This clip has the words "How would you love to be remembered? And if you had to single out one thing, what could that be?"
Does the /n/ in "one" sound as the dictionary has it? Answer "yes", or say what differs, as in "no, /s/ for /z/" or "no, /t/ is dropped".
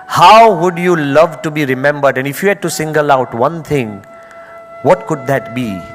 yes